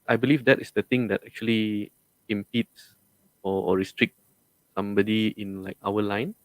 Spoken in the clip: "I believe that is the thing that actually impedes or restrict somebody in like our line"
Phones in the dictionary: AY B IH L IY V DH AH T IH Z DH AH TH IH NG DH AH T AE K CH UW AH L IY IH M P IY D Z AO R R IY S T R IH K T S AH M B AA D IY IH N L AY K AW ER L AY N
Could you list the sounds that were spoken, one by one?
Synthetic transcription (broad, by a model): AY B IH L IY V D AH T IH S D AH T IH NG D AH T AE K CH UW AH L IY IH M P IY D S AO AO R IY S T R IH K T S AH M B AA D IY IH N L AY K AW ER L AY N